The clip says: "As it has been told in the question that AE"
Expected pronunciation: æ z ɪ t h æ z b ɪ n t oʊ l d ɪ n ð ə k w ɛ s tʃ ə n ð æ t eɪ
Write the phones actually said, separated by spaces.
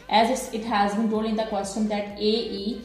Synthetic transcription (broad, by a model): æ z ɪ t h æ z b ɪ n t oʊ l ɪ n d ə k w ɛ s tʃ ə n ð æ t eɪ